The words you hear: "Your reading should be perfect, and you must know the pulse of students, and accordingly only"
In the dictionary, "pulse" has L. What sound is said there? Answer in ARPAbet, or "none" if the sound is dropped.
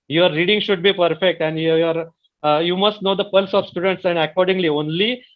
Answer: L